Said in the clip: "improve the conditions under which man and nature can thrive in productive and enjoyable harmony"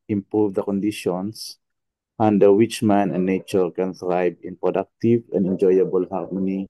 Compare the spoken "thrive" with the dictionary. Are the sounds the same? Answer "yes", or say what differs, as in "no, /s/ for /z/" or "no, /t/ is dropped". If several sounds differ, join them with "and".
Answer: no, /b/ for /v/